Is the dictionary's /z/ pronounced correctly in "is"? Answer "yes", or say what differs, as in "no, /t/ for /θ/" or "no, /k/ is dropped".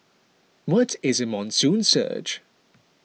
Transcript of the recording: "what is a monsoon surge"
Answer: yes